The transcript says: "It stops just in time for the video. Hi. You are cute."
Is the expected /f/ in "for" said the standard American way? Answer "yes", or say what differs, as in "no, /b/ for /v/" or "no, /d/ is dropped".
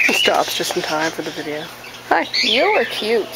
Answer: yes